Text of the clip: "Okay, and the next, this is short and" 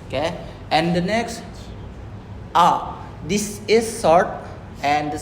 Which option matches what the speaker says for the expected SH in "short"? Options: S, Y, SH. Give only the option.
S